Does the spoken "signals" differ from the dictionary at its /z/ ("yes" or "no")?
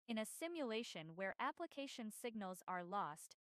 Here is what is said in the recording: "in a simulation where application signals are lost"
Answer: no